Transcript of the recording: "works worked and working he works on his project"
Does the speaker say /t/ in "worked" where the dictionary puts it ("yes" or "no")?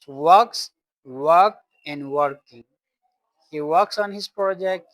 no